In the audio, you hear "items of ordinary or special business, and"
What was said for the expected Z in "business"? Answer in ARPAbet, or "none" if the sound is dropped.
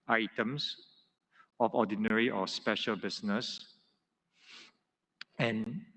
S